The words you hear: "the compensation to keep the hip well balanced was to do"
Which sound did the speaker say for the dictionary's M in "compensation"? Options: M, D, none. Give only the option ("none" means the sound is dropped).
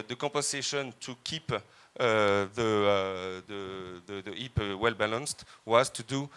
none